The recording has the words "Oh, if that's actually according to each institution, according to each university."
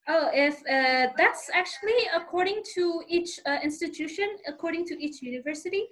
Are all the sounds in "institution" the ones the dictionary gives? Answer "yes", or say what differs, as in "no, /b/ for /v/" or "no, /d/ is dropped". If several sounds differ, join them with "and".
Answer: yes